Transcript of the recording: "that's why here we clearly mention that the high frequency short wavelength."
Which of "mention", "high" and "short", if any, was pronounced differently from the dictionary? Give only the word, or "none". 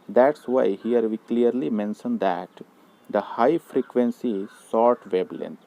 short